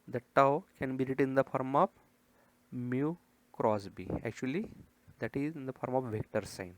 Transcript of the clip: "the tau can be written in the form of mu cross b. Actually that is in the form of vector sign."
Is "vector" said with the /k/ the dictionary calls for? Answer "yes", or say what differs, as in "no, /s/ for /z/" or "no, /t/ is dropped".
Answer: yes